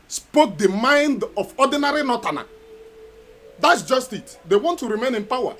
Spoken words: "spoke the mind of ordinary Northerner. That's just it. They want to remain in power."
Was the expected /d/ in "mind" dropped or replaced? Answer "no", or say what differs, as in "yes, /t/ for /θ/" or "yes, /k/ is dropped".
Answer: no